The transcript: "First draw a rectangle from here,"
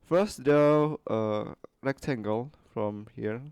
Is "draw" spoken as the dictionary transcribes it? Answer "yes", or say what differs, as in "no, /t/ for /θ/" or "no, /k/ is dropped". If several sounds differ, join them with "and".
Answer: no, /ɹ/ is dropped